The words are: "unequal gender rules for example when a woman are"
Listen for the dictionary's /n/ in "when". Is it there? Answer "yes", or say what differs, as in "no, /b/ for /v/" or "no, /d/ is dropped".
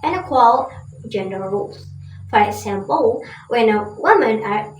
yes